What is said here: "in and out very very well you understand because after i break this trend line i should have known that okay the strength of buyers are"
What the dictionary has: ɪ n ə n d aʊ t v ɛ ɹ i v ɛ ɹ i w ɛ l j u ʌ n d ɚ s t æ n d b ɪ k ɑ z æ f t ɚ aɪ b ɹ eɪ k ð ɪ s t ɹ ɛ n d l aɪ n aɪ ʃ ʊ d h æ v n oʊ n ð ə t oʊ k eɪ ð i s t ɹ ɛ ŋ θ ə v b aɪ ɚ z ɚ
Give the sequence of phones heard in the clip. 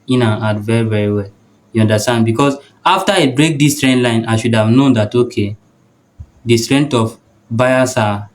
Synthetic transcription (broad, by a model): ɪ n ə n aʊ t v ɛ ɹ i v ɛ ɹ i w ɛ l j u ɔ n d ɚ s t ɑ n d b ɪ k ɑ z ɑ f t aɪ b ɹ eɪ k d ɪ s t ɹ ɛ n d l aɪ n aɪ ʃ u d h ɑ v n oʊ n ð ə t oʊ k eɪ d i s t ɹ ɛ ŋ t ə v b aɪ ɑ s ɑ